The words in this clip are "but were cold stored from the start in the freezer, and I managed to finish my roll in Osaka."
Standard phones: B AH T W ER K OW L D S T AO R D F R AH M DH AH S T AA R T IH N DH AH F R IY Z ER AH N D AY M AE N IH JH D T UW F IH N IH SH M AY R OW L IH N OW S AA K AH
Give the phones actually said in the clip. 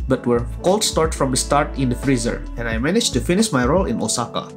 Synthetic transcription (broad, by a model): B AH T W ER K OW L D S T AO R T F R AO M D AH S T AA R T IH N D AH F R IY Z ER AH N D AY M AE N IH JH T UW F IH N IH SH M AY R OW L IH N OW S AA K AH